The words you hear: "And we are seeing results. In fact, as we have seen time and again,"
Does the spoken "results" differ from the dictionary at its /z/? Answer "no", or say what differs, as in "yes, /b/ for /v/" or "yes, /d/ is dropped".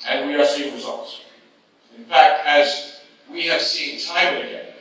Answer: no